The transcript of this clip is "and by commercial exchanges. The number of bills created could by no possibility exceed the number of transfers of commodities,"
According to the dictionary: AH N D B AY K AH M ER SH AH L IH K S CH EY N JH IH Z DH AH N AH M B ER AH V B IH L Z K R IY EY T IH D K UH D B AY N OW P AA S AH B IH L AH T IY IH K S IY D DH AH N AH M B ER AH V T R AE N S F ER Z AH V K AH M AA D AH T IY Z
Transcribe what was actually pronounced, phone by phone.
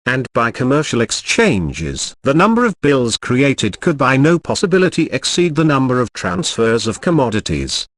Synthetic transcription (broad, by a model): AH N B AY K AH M ER SH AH L IH K S CH EY N JH IH Z DH AH N AH M B ER AH V B IH L Z K R IY EY T IH D K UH D B AY N OW P AA S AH B IH L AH T IY IH K S IY D DH AH N AH M B ER AH V T R AE N S F ER Z AH V K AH M AA D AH T IY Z